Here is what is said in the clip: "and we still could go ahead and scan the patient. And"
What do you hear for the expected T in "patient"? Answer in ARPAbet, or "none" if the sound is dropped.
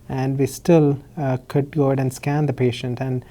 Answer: T